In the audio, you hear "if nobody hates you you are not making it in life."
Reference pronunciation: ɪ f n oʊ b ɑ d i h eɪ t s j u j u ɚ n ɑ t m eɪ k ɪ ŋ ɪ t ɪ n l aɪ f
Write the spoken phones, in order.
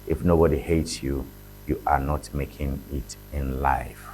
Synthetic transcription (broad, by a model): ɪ f n oʊ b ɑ d i h eɪ t s j u j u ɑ n ɑ t m eɪ k ɪ ŋ ɪ t ɪ n l aɪ f